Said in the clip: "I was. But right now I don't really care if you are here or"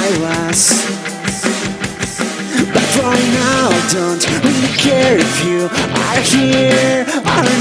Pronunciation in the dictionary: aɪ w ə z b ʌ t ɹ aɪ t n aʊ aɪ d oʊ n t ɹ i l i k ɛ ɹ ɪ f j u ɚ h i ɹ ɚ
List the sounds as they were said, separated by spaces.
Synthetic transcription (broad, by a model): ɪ w ə z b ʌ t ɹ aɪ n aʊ d oʊ n t w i i k ɛ ɹ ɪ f j u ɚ h i ɹ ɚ